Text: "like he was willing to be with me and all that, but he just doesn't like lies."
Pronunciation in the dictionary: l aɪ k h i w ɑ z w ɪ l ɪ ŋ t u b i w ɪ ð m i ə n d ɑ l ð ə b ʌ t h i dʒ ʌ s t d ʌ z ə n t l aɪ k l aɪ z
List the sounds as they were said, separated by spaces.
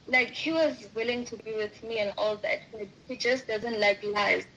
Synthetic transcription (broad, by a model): l aɪ k h i w ɑ z w ɪ l ɪ ŋ t u b i w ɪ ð m i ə n ɑ l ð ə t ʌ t h i dʒ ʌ s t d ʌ z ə n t l aɪ k l aɪ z